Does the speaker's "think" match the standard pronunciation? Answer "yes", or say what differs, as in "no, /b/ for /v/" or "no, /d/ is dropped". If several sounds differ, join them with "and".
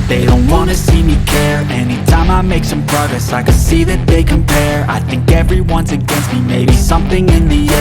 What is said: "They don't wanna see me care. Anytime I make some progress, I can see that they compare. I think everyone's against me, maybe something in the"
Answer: yes